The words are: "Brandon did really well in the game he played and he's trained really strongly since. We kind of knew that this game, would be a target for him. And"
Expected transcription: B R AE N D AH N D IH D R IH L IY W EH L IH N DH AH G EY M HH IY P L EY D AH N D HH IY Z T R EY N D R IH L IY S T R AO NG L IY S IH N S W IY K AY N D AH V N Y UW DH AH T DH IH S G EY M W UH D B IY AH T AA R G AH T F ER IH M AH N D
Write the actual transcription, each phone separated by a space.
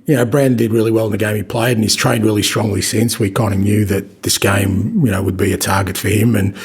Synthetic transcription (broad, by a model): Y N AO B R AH N D IH D R IH L IY W EH L IH N DH AH G EY M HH IY P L EY AH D D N IY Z T R EY N D R IH L IY S T R AO NG L IY S IH N S W IY K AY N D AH N Y UW DH AH T DH IH S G EY M W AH D B IY AH T AA R G AH T F ER IH M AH N